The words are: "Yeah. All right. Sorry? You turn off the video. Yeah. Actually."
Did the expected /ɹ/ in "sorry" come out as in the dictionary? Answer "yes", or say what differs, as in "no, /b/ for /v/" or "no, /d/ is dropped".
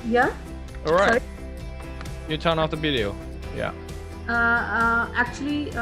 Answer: no, /ɹ/ is dropped